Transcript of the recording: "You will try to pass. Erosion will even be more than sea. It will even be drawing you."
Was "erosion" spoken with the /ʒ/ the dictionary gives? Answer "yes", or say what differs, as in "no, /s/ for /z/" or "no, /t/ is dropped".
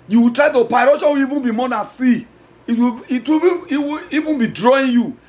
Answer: no, /ʃ/ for /ʒ/